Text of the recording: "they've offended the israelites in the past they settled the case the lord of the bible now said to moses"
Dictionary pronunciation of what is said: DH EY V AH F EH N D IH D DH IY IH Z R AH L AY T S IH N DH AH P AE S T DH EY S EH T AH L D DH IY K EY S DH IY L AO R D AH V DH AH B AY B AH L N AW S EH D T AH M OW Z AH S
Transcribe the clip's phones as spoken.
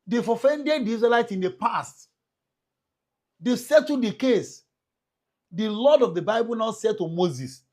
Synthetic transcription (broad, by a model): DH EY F AH F EH N D IH D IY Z R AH L AY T IH N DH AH P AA S T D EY S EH T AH D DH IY K EY S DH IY L AO D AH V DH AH B AY B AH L N AW S EH D T AH M OW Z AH S